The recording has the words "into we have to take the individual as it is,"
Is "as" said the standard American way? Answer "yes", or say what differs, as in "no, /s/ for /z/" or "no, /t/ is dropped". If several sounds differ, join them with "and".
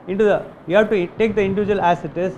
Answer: no, /s/ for /z/